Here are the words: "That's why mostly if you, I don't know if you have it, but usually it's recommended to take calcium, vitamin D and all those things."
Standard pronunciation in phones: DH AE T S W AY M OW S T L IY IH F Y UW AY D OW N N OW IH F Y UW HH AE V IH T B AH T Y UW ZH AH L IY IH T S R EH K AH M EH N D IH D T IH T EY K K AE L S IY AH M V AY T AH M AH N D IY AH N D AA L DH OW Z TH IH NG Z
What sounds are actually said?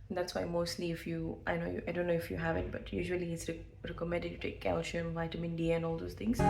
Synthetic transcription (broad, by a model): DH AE T S W AY M OW S T L IY IH F Y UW AY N OW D N OW IH F Y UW HH AE V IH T B AH T Y UW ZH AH L IY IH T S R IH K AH M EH D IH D T IH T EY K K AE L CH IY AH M V AY T AH M AH N D IY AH N AA L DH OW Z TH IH NG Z